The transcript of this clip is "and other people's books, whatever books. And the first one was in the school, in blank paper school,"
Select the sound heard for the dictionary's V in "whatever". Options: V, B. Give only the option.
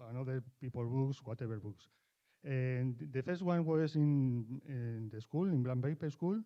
B